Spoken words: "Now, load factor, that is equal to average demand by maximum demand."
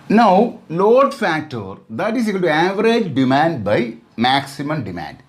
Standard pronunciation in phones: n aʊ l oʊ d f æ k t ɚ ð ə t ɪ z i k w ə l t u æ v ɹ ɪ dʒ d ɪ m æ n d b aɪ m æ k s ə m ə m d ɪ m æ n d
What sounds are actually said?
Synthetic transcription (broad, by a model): n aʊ l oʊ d f æ k t ɚ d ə t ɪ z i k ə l t u æ v ɹ ɪ dʒ d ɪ m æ n d b aɪ m æ k s ə m ə m d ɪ m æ n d